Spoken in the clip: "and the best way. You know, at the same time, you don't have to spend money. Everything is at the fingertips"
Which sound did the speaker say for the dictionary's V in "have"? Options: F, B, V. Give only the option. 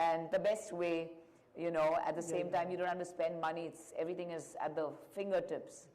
F